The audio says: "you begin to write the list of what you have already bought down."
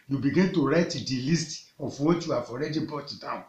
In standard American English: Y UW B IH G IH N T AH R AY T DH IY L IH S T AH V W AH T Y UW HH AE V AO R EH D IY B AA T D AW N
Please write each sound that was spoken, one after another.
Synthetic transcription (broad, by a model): Y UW B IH G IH N T AH R AY T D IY L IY S T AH F W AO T Y UW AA F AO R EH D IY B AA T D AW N